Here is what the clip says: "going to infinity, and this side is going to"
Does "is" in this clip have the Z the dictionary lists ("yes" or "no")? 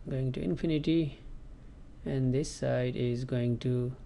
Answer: yes